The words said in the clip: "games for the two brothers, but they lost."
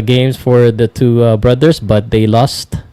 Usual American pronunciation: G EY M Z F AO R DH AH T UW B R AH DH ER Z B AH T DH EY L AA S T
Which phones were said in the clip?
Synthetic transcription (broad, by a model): G EY M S F AO R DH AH T UW B R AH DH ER S B AH T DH EY L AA S T